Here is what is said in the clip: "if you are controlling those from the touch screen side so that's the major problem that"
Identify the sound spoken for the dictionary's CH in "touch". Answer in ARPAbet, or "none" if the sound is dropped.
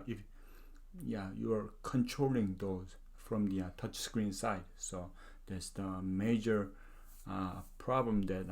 CH